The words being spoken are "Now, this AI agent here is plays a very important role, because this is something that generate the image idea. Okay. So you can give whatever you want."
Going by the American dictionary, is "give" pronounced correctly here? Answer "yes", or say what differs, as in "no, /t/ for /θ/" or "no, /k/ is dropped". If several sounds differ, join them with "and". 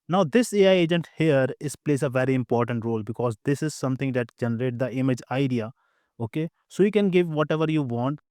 yes